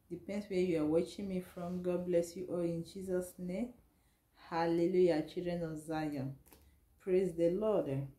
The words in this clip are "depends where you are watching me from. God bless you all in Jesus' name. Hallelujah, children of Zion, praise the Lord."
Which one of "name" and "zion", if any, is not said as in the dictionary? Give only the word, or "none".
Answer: none